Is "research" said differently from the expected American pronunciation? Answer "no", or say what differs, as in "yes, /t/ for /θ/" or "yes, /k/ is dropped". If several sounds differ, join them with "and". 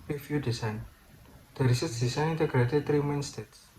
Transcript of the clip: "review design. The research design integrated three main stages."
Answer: yes, /s/ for /tʃ/